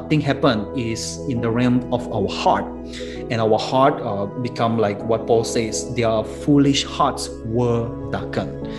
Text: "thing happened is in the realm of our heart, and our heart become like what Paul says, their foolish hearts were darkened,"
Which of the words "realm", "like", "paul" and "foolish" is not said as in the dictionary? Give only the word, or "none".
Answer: realm